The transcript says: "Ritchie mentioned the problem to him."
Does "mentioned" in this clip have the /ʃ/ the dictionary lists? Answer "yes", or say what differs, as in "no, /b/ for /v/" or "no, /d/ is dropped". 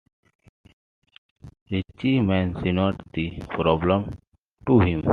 no, /s/ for /ʃ/